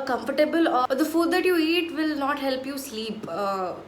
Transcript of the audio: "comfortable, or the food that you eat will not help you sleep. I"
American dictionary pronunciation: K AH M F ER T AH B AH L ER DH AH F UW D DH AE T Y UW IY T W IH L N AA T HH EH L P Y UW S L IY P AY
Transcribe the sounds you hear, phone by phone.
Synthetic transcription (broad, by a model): K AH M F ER T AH B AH L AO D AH F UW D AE T Y UW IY T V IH L N AA T HH EH L P Y UW S L IY P